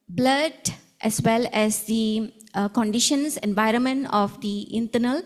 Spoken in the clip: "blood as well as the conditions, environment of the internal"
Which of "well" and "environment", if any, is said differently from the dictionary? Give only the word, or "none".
none